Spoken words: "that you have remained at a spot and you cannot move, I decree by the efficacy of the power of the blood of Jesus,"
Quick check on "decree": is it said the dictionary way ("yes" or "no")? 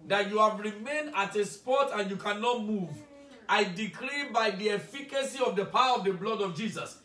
no